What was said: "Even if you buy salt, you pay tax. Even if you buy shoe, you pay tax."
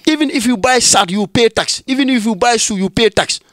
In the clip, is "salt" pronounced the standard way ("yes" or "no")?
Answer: no